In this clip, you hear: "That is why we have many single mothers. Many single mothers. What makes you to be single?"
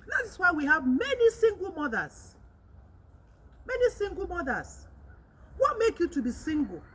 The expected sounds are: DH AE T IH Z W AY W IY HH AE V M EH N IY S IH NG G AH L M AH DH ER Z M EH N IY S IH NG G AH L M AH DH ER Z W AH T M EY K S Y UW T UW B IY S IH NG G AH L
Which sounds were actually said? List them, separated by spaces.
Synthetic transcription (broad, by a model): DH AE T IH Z W AY W IY HH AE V M EH N IY S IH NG G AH L M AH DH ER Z M EH N IY S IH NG G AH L M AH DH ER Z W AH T M EY K Y UW T UW B IY S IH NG G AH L